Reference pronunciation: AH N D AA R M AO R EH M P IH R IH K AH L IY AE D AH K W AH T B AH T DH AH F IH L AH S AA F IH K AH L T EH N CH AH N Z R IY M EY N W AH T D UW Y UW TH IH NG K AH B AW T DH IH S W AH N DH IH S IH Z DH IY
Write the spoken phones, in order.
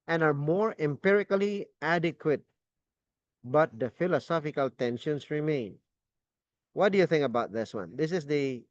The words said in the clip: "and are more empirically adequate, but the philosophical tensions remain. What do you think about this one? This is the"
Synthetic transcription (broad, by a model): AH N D AA R M AO R EH M P IH R IH K AH L IY AE D AH K W AH T B AH T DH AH F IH L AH S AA F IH K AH L T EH N SH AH N S R IY M EY N W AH T D UW Y UW TH IH NG K AH B AW T DH IH S W AH N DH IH S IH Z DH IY